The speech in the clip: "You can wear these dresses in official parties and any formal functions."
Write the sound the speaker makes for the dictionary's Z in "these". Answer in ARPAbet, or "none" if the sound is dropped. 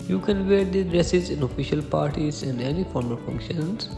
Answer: none